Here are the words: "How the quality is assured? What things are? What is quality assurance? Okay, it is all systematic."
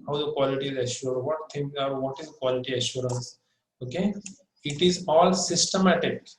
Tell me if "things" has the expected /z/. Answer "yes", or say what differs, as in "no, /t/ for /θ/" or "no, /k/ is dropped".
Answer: no, /z/ is dropped